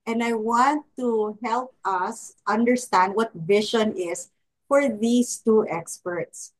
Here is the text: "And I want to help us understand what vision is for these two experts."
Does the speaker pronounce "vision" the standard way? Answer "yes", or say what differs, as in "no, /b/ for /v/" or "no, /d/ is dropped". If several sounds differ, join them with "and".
no, /ʃ/ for /ʒ/